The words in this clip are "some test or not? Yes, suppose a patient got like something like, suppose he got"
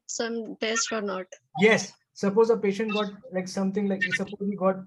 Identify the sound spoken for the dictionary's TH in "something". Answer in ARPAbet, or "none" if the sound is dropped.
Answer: T